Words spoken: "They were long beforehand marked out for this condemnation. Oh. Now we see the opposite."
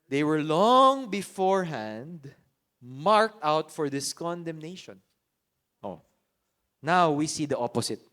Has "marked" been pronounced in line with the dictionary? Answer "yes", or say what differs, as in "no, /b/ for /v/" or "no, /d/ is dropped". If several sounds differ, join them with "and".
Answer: yes